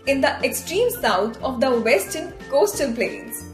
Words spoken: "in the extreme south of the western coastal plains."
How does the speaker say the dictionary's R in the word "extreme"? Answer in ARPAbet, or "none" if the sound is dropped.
R